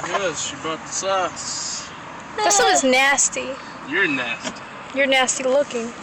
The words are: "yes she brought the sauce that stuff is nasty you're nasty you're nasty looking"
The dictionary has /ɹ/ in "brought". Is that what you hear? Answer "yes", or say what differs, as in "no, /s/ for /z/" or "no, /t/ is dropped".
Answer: no, /ɹ/ is dropped